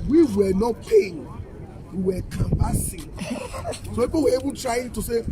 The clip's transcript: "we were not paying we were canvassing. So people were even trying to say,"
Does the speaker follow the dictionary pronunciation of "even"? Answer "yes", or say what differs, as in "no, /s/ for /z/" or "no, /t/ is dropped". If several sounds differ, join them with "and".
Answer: no, /b/ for /v/